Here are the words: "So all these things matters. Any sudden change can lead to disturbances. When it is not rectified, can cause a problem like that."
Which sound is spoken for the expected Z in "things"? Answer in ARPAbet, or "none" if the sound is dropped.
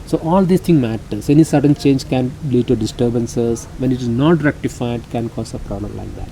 none